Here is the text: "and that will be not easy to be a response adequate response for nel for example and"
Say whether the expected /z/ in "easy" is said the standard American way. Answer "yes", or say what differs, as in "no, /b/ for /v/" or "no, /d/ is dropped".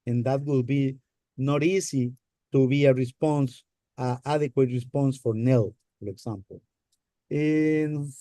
no, /s/ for /z/